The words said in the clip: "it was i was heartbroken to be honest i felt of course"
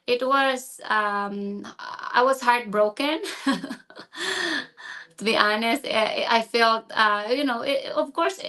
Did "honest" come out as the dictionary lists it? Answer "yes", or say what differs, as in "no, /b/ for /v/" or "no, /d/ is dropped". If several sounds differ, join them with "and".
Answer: yes